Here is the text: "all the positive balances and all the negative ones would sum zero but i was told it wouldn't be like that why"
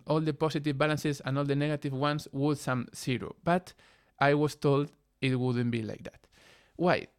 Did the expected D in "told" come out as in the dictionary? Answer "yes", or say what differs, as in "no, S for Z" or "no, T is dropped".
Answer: yes